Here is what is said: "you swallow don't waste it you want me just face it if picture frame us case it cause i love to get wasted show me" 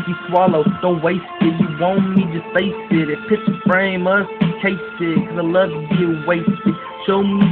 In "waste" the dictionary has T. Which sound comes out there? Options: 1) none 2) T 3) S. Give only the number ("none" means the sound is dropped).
2